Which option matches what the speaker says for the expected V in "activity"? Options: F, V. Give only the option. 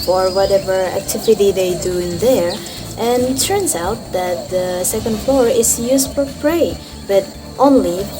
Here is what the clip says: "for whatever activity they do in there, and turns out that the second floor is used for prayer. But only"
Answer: V